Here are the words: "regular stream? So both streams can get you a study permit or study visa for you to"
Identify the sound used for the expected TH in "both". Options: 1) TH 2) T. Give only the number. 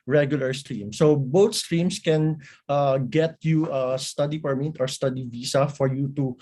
2